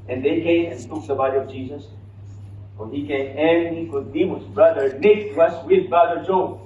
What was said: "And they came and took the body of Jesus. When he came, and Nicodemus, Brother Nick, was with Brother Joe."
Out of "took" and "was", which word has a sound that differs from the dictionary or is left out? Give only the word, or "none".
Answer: was